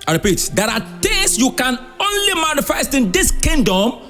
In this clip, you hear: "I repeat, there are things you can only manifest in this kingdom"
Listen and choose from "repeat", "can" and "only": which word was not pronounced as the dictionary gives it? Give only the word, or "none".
none